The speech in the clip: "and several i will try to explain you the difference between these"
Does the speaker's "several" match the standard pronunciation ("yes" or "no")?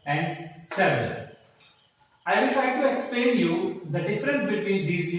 no